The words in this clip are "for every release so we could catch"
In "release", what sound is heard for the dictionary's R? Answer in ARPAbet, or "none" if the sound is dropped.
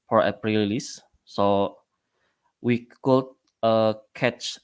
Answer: L